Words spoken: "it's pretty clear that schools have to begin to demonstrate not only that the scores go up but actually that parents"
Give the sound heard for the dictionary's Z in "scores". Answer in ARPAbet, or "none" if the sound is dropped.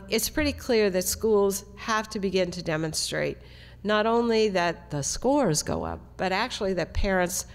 Z